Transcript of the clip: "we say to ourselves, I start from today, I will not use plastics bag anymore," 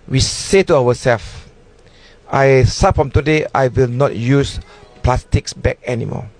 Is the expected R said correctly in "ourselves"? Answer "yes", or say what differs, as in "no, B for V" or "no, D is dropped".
no, W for R